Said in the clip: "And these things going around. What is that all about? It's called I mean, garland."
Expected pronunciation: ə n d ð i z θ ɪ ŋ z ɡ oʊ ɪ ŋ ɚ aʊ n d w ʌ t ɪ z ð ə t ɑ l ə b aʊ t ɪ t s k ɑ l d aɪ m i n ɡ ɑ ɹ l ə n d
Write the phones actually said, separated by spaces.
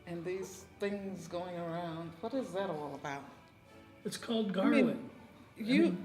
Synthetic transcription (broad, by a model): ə n ð i z θ ɪ ŋ z ɡ oʊ ɪ ŋ ɚ aʊ n d w ʌ t ɪ z ð ə t ɑ l ə b aʊ t ɪ t s k ɑ l d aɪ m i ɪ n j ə